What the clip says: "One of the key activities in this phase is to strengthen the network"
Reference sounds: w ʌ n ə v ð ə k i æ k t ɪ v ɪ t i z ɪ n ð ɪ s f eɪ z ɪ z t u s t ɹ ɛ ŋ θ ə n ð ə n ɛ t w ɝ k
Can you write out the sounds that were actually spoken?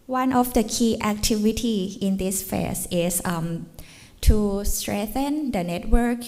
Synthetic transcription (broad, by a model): w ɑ n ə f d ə k i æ k t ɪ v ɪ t i ɪ n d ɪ s f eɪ s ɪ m t u s t ɹ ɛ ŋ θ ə n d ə n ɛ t w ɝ k